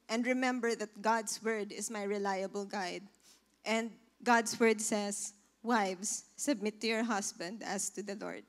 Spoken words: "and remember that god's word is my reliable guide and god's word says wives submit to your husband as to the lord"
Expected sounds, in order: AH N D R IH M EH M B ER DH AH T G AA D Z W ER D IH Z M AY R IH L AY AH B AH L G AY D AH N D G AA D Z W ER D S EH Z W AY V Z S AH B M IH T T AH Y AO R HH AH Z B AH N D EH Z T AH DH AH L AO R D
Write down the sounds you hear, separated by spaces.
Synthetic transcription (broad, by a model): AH N D R IH M EH M B ER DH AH T G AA D S W ER D IH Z M AY R IH L AY AH B AH L G AY D AH N D G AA D S W ER D S EH S W AY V S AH B M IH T T AH Y AO R HH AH S B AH N D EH S T AH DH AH L AO R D